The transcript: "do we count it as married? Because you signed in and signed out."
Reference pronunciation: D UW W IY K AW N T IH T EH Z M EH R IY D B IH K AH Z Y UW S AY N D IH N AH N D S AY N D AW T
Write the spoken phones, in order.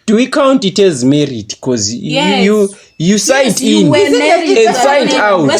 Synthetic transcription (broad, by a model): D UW W IY K AW N T IH T EH Z M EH R IY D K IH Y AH Y UW S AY D IH N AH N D S AY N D AW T